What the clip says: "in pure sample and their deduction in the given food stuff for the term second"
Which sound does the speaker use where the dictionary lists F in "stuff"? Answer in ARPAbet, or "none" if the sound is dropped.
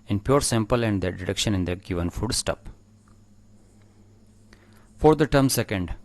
P